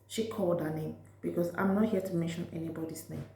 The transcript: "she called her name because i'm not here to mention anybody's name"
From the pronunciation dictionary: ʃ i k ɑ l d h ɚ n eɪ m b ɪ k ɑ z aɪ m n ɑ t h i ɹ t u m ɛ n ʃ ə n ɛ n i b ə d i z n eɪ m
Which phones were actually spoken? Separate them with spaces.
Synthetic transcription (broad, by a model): ʃ i k ɑ l d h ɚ n eɪ m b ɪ k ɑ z aɪ m n ɑ t h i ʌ t u m ɛ n ʃ ə n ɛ n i b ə d i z n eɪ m